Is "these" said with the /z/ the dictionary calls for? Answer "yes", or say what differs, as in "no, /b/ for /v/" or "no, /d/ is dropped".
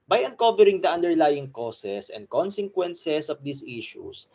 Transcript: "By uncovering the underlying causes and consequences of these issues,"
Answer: no, /s/ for /z/